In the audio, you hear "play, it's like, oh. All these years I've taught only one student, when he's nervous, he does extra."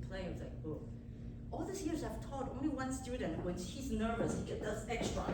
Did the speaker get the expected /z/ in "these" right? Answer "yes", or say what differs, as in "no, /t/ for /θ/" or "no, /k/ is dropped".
no, /s/ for /z/